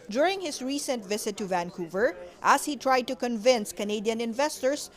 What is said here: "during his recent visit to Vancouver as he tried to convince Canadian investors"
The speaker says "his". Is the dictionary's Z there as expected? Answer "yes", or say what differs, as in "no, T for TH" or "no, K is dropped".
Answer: no, S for Z